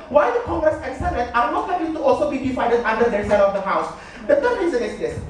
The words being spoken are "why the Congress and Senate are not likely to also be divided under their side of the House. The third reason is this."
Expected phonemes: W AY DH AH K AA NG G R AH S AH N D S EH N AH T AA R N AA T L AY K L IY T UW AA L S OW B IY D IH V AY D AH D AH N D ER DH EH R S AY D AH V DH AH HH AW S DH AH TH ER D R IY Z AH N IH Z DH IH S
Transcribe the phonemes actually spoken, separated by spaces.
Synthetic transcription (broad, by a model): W AY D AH K AA NG G R AH S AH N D S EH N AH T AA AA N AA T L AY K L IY T UW AA L S OW B IY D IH F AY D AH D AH N D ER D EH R S AY D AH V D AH HH AW S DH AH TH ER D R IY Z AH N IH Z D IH S